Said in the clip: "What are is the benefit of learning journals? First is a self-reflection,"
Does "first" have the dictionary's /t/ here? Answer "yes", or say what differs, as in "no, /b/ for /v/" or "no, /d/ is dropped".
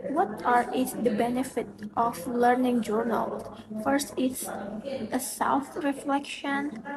yes